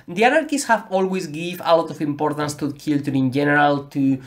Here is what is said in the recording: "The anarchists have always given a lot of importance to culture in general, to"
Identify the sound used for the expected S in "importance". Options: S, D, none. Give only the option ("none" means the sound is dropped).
S